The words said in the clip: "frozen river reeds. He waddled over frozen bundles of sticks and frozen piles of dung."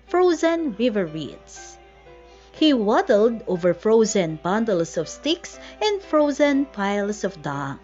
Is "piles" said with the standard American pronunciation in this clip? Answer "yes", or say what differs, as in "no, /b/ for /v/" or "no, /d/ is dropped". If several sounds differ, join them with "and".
no, /s/ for /z/